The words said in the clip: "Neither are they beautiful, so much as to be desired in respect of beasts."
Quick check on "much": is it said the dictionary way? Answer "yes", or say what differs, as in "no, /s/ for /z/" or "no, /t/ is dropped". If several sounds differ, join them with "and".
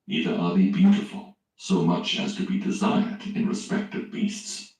yes